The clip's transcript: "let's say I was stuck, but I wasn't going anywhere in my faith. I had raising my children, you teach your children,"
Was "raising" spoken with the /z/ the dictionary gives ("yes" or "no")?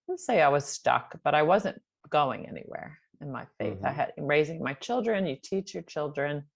yes